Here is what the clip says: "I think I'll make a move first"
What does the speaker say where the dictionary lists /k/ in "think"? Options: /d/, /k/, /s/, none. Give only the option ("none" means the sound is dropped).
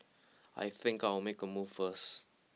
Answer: /k/